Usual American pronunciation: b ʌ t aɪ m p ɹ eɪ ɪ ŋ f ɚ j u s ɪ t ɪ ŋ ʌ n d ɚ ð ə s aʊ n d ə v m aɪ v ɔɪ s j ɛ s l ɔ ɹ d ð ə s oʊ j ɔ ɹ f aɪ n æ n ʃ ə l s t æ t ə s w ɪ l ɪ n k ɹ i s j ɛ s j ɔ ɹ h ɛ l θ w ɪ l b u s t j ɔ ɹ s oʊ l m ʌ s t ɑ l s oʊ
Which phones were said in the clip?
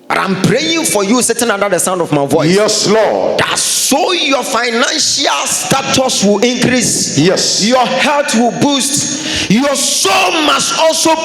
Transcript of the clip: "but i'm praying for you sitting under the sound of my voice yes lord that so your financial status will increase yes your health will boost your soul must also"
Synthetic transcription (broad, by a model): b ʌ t aɪ m p ɹ eɪ ɪ ŋ f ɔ j u s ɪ t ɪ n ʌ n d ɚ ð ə s aʊ n d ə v m aɪ v ɔɪ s j ɛ s l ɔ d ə s oʊ j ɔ f aɪ n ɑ n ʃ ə l s t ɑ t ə s w ɪ l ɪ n k ɹ i s j ɛ s j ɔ h ɛ l t w ɪ l b u s t j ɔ s oʊ l m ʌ s t ɑ l s oʊ